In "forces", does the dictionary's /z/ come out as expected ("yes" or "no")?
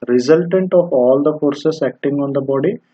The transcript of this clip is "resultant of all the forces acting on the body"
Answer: no